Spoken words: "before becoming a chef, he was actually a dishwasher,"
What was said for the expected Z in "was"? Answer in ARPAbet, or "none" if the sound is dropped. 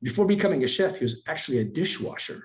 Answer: Z